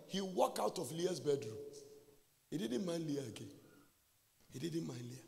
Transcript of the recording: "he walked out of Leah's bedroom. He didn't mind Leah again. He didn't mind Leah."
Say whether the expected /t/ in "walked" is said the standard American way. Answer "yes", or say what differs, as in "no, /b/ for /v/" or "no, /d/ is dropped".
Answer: no, /t/ is dropped